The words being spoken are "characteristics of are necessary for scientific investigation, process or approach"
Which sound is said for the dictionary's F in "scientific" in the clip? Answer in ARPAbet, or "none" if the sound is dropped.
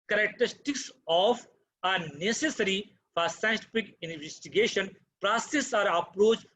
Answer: P